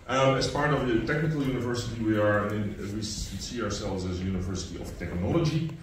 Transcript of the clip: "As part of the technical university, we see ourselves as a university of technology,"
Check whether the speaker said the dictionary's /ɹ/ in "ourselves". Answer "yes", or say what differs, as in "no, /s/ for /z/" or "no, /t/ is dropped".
yes